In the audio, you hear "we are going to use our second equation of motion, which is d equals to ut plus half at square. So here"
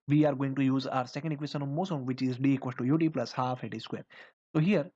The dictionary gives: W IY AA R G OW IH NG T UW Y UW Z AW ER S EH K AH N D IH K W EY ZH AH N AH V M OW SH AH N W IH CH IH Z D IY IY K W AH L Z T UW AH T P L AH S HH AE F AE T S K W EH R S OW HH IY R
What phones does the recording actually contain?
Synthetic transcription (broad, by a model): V IY AA R G OW IH NG T UW Y UW Z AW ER S EH K AH N D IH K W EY S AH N AH V M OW S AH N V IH CH IH Z D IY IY K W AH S T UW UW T P L AH S HH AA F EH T S K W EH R S OW HH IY R